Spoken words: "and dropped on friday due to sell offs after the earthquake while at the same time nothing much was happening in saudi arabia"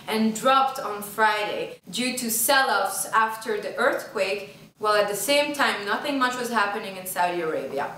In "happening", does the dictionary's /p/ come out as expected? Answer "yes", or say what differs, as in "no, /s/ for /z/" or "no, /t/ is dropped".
yes